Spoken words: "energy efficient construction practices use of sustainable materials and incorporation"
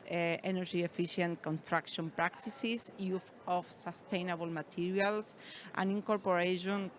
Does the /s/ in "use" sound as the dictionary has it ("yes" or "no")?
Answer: no